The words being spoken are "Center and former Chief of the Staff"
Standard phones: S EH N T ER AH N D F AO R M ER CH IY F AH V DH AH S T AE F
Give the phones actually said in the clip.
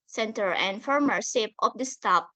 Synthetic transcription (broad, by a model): S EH N T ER AH N D F AO R M ER S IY P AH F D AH S T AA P